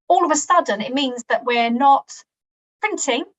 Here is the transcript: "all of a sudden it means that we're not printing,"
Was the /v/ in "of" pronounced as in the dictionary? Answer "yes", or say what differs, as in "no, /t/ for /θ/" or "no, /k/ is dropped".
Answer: yes